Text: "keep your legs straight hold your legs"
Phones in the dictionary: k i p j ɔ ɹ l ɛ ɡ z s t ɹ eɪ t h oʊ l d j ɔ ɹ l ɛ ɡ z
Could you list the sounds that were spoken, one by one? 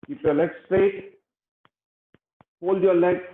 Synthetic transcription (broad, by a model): k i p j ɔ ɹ l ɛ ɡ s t eɪ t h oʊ l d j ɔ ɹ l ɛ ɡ